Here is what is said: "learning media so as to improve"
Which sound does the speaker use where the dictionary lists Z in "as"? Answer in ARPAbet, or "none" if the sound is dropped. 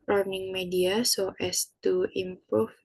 S